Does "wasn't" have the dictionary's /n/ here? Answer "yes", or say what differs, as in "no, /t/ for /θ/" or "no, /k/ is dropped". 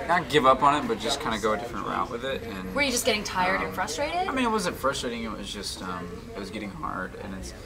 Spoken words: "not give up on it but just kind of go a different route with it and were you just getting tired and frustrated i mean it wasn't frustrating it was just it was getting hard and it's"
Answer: no, /n/ is dropped